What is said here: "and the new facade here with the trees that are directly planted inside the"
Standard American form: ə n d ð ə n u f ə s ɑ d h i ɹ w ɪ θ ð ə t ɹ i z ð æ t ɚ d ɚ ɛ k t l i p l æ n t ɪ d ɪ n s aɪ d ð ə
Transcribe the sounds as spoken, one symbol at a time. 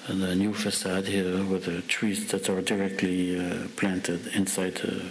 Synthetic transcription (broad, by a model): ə n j u f ə s ɑ d h i ɹ w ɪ ð ə t ɹ i z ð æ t ɚ d ɚ ɛ k t l i p l æ n t ɪ d ɪ n s aɪ d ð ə